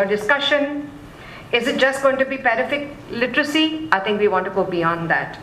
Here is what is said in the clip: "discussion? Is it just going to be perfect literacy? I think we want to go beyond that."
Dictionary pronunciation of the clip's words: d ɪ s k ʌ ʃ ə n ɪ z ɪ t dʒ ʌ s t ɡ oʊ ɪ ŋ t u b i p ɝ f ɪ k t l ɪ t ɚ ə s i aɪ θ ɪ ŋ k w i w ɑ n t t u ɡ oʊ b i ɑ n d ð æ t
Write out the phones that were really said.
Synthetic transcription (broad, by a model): d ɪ s k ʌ ʃ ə n ɪ z ɪ t dʒ ʌ s t ɡ oʊ ɪ ŋ t u b i p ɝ f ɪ k l ɪ t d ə s i aɪ t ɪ ŋ k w i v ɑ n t t u ɡ oʊ b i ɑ n d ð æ t